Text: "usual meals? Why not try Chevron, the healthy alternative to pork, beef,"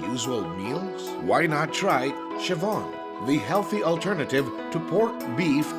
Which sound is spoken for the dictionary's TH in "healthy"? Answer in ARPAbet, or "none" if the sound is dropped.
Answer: TH